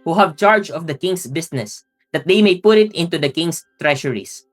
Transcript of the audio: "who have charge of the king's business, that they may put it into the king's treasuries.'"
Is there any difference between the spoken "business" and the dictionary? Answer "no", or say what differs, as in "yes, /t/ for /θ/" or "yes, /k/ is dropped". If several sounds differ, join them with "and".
yes, /s/ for /z/